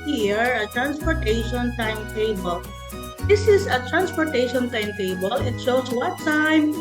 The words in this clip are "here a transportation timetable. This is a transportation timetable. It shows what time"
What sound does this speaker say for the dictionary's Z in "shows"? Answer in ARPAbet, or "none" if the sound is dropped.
S